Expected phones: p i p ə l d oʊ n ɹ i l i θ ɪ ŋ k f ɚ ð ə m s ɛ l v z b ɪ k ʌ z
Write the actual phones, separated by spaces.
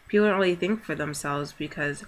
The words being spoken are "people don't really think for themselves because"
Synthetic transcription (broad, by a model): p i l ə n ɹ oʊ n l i θ ɪ ŋ k f ɚ ð ə m s ɛ l v z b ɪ k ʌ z